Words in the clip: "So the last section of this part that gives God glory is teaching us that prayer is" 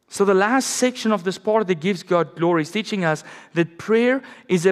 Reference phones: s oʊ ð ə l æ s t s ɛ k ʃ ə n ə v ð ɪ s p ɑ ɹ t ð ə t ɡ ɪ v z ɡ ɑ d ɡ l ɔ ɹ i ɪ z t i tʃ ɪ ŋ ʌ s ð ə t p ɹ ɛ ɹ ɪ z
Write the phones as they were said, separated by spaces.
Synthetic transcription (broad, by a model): s oʊ ð ə l æ s t s ɛ k ʃ ə n ə v ð ɪ s p ɑ ɹ t ð ə t ɡ ɪ v z ɡ ɑ d ɡ l ɔ ɹ i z t i tʃ ɪ ŋ ʌ s ð ə t p ɹ ɛ ɹ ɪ z